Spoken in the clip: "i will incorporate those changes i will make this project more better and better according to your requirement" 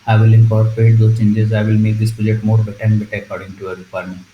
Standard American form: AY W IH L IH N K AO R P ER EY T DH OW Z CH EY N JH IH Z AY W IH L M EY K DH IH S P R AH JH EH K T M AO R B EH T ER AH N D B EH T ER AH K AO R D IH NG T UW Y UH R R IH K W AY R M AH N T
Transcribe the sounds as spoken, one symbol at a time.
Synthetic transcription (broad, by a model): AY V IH L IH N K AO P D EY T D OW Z CH EY N JH IH Z AY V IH L M EY K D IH S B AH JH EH T M AO R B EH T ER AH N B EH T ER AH K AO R D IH NG T UW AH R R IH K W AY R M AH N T